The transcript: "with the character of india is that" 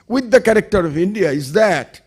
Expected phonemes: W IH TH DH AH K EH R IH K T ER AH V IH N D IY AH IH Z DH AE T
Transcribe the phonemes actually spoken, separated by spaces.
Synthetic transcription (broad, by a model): W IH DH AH K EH R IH K T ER AH V IH N D IY AH IH Z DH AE T